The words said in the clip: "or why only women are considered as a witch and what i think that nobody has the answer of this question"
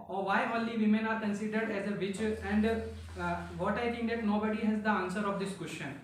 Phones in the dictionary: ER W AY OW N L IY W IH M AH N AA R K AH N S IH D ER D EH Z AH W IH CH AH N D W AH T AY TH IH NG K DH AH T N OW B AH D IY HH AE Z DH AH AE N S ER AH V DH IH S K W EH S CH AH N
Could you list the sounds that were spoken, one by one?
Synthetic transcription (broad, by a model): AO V AY OW N L IY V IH M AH N AA R K AH N S IH D ER D EH Z AH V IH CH AH N D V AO T AY T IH NG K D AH T N OW B AH D IY HH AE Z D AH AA N S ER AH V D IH S K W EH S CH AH N